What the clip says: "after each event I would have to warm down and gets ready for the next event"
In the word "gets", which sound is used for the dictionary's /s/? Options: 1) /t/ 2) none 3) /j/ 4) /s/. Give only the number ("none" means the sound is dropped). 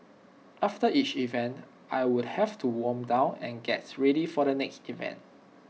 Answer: 2